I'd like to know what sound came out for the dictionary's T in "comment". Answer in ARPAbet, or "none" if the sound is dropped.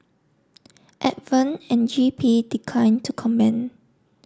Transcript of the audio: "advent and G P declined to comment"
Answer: none